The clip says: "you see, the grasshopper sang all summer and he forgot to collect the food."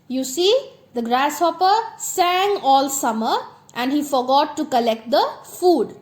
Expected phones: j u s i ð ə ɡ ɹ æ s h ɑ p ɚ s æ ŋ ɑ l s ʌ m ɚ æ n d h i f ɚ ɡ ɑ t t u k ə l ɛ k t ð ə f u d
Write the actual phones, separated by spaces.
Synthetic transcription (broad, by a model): j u s i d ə ɡ ɹ æ s h ɑ p ɚ s æ ŋ ɑ l s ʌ m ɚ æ n d h i f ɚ ɡ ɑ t t u k ə l ɛ k t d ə f u d